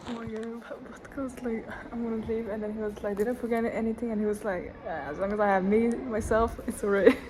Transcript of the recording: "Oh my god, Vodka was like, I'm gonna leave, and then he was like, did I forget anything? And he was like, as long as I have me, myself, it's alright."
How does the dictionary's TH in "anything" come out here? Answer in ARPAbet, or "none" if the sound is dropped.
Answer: TH